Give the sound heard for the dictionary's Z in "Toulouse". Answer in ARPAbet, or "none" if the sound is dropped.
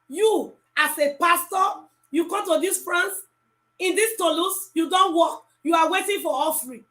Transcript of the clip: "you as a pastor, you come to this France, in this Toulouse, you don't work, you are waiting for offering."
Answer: S